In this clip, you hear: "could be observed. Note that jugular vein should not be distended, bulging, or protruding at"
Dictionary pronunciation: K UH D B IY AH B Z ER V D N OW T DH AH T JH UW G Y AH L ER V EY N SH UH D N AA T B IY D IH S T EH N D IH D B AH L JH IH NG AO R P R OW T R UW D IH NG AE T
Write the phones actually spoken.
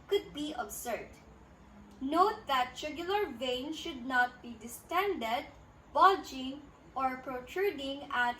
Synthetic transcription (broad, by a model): K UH D B IY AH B S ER D N OW T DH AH T SH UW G Y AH L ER V EY N SH UH D N AA T B IY D IH S T EH N D IH D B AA JH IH NG AO R P R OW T R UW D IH NG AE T